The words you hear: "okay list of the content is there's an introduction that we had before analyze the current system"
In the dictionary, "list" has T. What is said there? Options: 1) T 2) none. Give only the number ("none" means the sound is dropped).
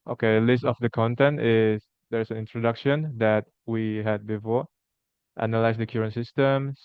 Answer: 1